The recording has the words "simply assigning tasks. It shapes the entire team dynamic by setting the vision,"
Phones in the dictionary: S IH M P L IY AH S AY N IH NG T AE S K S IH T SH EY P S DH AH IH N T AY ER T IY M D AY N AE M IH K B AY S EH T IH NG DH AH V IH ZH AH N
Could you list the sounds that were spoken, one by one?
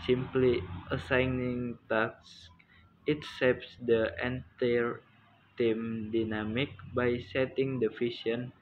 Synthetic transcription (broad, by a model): S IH M P L IY AH S AY N IH NG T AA K S IH T S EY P S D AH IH N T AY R T IY M D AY N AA M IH K B AY S EH T IH NG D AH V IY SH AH N